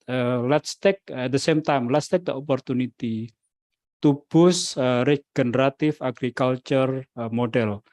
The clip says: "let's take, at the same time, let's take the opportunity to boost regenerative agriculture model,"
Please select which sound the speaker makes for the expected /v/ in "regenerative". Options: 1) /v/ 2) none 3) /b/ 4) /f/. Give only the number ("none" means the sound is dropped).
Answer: 4